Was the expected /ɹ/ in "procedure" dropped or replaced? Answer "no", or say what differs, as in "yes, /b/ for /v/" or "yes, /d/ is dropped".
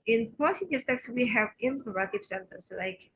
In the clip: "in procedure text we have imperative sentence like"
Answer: yes, /ɹ/ is dropped